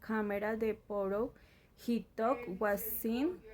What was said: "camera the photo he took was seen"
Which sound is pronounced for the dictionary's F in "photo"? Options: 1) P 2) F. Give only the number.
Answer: 1